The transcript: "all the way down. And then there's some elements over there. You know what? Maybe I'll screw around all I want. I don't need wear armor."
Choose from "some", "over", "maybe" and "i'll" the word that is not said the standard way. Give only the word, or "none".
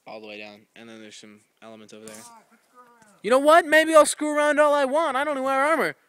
over